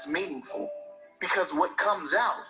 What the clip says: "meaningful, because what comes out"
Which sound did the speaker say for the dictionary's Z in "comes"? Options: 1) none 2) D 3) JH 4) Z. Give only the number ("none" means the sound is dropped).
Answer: 4